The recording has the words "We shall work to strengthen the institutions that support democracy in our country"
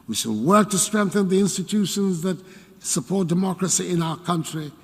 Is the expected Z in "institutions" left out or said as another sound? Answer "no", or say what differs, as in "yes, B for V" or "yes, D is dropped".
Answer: no